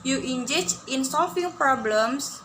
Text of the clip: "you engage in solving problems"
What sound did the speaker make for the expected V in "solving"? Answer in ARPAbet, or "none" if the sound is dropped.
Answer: F